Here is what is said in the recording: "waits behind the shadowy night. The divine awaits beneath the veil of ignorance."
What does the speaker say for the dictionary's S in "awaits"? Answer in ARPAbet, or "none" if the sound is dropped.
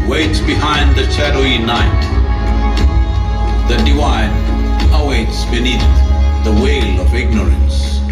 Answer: S